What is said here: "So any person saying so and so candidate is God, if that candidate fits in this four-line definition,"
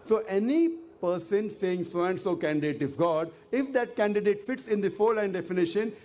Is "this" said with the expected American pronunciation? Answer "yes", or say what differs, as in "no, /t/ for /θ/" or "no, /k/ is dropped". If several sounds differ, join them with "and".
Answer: no, /s/ is dropped